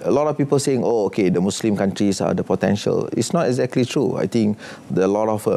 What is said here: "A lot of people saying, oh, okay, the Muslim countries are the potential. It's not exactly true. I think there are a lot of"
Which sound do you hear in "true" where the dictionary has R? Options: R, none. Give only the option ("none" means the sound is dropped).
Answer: R